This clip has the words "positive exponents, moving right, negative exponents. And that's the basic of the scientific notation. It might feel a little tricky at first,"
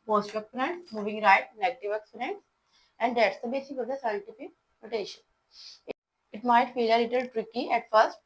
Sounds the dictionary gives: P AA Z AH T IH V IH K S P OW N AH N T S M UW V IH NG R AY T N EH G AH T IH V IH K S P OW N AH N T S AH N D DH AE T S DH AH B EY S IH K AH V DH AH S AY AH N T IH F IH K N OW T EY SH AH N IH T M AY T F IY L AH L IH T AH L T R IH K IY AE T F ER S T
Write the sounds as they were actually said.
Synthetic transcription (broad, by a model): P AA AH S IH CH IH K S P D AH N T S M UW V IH NG R AY T N EH G AH T IH V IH K S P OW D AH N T S AH N D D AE T S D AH B EY S IH K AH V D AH S AY AH N T IH F IH K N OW T EY SH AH N IH T M AY T F IY L AH L IH T AH L T R IH K IY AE T F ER S T